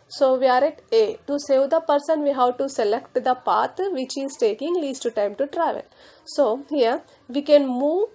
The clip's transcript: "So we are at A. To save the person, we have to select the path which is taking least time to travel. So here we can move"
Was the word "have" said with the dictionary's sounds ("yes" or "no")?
no